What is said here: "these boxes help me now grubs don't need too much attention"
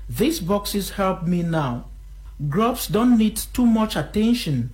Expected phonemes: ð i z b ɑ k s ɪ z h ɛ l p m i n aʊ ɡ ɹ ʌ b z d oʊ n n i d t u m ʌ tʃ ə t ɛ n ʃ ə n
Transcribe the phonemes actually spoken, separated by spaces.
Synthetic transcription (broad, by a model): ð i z b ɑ k s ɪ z h ɛ l p m i n aʊ ɡ ɹ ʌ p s d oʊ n n i d t u m ʌ tʃ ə t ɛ n ʃ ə n